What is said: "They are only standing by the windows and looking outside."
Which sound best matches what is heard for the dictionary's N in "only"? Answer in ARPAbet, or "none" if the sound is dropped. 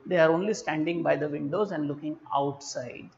N